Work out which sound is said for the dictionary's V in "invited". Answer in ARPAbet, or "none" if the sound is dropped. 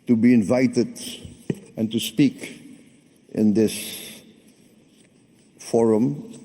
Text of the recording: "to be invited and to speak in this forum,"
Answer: V